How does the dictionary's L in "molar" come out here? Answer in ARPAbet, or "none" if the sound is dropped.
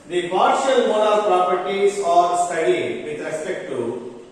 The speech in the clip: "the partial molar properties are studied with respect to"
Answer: N